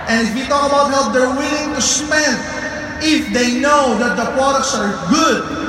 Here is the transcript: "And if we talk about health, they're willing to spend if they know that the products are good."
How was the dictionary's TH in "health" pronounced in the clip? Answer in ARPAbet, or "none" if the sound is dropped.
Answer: T